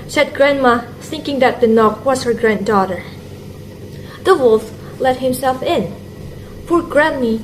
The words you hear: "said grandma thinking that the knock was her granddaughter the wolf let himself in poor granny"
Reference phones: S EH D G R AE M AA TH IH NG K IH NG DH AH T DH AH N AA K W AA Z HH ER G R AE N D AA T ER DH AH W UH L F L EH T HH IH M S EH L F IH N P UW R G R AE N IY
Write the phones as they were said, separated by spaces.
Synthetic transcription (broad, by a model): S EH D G R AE M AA TH IH NG K IH NG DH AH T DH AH N AA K W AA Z HH ER G R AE N D AA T ER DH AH W UH L F L EH T HH IH M S EH L F IH N P UW R G R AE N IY